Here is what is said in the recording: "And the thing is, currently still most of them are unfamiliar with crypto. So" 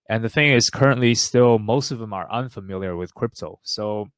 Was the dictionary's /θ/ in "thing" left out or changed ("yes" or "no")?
no